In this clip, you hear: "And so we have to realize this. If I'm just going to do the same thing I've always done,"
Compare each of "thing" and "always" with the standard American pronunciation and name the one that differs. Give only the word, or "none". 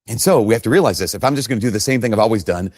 none